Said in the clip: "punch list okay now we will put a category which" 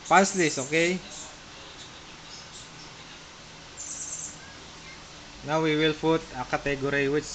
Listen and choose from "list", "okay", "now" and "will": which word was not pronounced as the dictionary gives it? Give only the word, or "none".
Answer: list